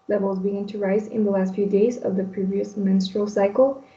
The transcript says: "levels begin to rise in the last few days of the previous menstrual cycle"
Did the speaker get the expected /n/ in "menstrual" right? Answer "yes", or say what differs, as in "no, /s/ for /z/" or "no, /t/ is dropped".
yes